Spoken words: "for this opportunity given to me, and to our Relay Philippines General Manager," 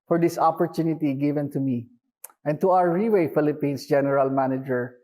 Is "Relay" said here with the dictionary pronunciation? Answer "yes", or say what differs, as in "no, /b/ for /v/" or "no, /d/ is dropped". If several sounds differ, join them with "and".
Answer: no, /w/ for /l/